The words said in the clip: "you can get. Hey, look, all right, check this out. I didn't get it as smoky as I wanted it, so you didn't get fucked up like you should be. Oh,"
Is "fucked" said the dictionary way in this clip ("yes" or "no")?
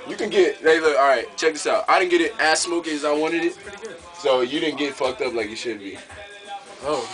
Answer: yes